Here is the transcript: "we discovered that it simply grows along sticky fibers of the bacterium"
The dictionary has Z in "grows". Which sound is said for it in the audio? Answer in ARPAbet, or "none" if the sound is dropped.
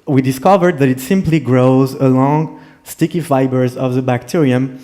Z